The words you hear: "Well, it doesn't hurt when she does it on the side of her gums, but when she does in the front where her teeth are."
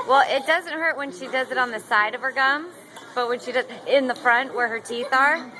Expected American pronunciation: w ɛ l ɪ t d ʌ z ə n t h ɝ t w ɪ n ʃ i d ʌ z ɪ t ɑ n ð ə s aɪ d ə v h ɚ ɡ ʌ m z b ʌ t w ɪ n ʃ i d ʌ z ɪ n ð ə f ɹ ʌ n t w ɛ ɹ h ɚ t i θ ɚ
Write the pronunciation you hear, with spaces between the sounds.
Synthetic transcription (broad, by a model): w ɛ l ɪ t d ʌ z ə n t h ɝ t w ɪ n ʃ i d ʌ z ɪ t n ð ə s aɪ d ə v ɚ ɡ ʌ m b ʌ t w ɪ n ʃ i d ʌ z ɪ n ð ə f ɹ ʌ n t w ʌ ɹ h ɚ t i θ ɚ